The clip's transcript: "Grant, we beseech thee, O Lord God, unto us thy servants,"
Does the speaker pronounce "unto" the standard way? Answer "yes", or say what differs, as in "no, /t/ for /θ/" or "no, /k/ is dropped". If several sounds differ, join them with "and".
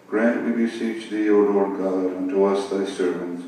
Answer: yes